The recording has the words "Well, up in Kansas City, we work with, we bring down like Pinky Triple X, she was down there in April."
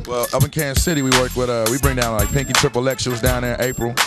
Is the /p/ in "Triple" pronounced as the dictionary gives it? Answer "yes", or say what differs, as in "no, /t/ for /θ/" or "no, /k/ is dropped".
yes